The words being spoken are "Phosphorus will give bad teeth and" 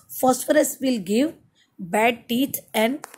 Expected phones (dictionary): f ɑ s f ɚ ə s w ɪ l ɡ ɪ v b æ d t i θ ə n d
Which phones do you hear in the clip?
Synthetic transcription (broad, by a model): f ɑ s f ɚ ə s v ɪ l ɡ ɪ v b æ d t i t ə n d